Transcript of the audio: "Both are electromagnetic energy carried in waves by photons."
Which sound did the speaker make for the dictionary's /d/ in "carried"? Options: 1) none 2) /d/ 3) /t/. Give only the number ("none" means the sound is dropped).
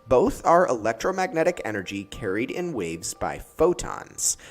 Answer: 2